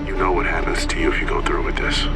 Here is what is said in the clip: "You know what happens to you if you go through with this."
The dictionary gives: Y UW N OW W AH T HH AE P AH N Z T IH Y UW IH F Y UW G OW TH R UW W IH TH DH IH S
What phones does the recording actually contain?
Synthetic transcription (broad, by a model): Y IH N OW W AH T HH AE P AH N Z T IH Y UW IH F Y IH G OW TH R UW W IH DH IH S